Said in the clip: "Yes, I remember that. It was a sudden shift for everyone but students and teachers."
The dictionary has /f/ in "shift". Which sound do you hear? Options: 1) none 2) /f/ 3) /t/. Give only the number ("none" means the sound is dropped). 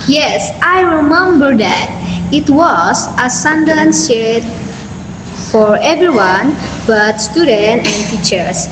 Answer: 1